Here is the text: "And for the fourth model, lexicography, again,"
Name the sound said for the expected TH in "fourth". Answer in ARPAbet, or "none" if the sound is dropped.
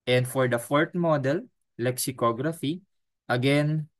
T